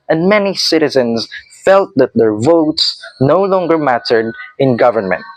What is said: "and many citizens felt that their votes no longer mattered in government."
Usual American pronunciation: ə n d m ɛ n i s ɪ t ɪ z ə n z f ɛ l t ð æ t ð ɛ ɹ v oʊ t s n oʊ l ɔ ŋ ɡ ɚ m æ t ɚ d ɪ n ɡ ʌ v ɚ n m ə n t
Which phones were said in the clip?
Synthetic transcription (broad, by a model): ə n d m ɛ n i s ɪ t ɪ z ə n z f ɛ l t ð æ t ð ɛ ɹ v oʊ t s n oʊ l ɔ ŋ ɡ ɚ m æ t ɚ d ɪ n ɡ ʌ v ɚ n m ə n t